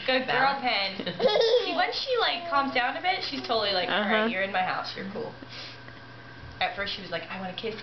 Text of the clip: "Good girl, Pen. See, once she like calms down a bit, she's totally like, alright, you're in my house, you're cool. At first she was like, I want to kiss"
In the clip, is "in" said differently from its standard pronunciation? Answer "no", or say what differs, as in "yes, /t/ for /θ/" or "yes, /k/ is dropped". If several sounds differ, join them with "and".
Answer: no